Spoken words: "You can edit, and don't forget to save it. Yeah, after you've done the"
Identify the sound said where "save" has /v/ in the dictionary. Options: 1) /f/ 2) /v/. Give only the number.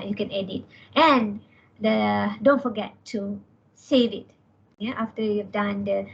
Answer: 2